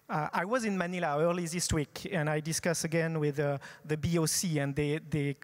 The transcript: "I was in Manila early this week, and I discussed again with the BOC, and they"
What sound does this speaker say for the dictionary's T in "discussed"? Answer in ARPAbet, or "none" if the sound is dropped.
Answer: none